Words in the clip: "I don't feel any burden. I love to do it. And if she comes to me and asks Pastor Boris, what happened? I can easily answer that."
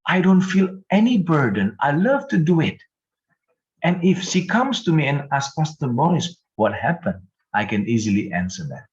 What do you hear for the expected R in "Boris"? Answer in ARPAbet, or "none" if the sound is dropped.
none